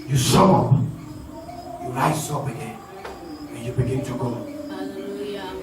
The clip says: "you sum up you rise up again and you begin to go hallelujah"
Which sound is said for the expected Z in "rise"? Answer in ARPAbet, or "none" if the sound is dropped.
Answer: S